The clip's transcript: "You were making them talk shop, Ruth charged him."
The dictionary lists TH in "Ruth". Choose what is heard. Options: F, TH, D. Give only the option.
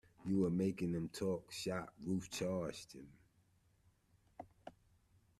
F